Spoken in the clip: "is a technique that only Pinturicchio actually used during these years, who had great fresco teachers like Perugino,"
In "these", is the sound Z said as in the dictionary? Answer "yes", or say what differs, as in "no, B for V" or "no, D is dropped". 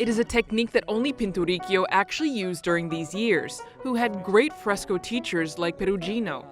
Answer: yes